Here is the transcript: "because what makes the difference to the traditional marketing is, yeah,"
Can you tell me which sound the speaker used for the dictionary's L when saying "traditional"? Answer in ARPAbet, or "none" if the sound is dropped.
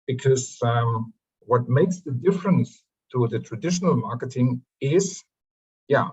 L